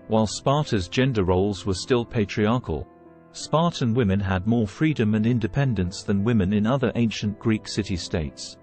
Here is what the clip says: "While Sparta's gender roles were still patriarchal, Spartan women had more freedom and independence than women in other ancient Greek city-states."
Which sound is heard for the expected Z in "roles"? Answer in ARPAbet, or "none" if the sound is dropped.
Z